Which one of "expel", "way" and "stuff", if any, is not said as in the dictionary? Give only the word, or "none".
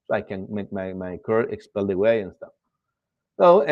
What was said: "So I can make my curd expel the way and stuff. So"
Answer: none